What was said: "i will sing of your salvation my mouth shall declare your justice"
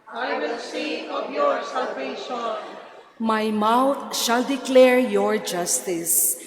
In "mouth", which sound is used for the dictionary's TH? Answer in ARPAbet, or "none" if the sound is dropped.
T